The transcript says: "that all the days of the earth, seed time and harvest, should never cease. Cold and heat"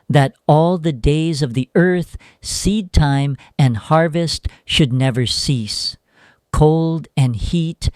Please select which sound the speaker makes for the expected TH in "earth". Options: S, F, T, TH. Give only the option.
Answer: TH